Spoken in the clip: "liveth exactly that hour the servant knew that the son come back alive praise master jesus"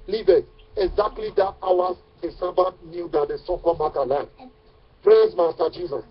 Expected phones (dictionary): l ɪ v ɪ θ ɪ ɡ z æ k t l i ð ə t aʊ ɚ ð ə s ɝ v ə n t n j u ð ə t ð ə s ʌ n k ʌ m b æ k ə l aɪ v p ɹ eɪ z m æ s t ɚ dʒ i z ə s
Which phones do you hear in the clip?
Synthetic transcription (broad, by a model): l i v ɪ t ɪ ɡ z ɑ k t l i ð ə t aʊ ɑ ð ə s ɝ b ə t n j u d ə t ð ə s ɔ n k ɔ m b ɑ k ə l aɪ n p ɹ eɪ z m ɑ s t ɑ dʒ i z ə s